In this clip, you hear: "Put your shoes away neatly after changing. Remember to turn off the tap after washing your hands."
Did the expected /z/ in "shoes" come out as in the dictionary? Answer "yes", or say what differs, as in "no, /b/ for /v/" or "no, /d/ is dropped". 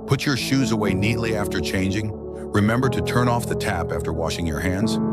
yes